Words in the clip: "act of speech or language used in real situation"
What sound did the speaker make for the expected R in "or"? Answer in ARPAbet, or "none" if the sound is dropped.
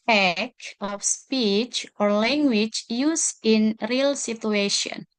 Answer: R